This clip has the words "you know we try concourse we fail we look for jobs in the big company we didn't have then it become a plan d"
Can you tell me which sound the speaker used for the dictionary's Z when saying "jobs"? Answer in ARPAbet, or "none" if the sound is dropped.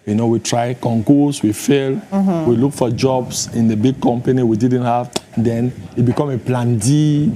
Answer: S